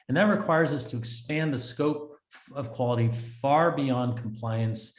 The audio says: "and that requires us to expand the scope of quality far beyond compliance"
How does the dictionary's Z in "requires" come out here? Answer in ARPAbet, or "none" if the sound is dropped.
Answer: Z